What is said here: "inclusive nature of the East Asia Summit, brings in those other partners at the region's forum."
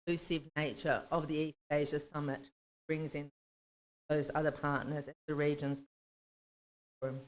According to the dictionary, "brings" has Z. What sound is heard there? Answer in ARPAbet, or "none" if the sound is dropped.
Z